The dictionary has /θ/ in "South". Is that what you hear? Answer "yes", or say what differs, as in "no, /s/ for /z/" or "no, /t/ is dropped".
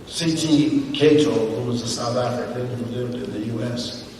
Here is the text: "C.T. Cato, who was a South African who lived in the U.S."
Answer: yes